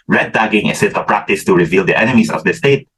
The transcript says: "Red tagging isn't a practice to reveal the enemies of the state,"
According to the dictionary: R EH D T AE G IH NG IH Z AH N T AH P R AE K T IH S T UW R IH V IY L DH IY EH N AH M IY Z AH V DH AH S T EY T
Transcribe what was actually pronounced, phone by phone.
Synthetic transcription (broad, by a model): R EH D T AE G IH NG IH S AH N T AH P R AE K T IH S T UW R IH V IY L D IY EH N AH M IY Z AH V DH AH S T EY T